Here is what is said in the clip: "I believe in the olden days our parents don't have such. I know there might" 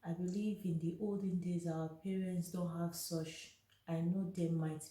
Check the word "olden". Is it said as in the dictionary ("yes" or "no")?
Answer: yes